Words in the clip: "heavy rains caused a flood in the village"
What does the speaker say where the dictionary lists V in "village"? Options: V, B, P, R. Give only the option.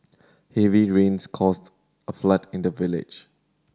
V